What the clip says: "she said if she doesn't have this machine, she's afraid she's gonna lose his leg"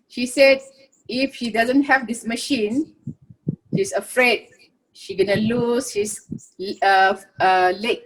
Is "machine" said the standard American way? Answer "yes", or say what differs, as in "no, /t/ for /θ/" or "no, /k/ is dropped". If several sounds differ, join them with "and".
yes